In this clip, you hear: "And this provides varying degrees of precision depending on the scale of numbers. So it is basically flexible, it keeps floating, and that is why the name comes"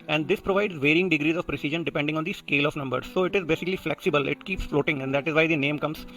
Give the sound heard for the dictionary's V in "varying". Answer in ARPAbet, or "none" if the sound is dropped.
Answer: V